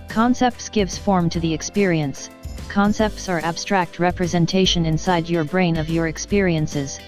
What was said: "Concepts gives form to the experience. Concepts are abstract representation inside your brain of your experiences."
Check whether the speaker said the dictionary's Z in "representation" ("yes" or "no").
yes